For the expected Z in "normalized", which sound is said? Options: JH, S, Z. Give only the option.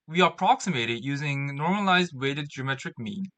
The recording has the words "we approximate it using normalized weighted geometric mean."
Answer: Z